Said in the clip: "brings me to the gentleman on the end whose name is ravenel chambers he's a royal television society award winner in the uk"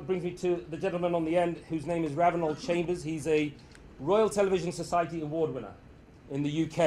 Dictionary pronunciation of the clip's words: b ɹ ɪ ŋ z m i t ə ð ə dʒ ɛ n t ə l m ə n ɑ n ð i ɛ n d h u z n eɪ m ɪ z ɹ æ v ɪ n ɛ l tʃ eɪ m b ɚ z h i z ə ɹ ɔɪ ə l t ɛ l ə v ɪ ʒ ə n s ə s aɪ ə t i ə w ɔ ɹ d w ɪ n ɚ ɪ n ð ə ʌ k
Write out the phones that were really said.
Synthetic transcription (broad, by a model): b ɹ ɪ ŋ z m i t ə ð ə dʒ ɛ n t l m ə n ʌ n ð i ɛ n d h u z n eɪ m ɪ z ɹ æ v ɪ n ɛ l tʃ eɪ m b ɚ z h i z ə ɹ ɔɪ ə l t ɛ l ə v ɪ ʒ ə n s ə s aɪ ə t i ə w ɔ d w ɪ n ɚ ɪ n ð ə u k